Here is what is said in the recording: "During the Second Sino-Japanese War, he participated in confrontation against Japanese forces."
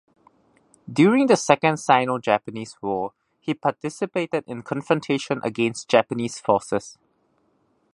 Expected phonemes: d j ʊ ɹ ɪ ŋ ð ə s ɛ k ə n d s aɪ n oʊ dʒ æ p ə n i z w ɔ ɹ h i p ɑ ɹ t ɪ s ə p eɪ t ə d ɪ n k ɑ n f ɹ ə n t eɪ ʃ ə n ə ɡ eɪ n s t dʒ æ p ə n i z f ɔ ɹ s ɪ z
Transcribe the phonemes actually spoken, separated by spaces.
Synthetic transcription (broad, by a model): d j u ɹ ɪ ŋ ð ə s ɛ k ə n d s aɪ n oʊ dʒ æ p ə n i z w ɔ h i p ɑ t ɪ s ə p eɪ t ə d ɪ n k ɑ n f ɹ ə n t eɪ ʃ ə n ə ɡ eɪ n s t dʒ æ p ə n i s f ɔ s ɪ s